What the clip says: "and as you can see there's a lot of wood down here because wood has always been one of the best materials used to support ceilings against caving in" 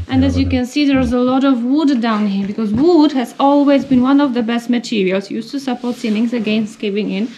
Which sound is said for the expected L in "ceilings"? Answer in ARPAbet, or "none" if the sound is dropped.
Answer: N